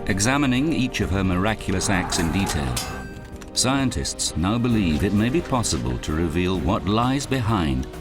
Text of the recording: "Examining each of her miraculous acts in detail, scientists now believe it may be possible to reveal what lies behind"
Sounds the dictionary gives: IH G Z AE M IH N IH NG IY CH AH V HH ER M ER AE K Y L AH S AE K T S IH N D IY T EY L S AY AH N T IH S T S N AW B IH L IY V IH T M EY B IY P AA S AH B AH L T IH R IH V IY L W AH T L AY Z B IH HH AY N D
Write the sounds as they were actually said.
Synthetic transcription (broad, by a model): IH G Z AE M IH N IH NG IY CH AH V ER M ER AE K Y L AH S AE K T S IH N D IY T EY L S AY AH N T IH S T S N AW B IH L IY V IH T M EY B IY P AA S AH B AH L T IH R IH V IY L W AH T L AY Z B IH HH AY N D